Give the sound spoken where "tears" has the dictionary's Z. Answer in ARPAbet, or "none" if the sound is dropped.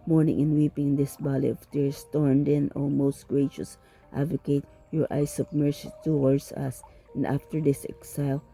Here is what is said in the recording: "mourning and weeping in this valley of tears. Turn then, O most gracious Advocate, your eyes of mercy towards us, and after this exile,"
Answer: S